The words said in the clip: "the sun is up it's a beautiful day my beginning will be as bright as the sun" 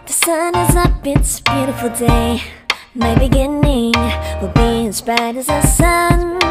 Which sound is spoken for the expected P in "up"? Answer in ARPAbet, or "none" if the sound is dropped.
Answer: B